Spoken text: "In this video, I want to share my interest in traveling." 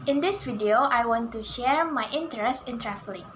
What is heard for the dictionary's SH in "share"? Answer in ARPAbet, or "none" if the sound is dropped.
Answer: SH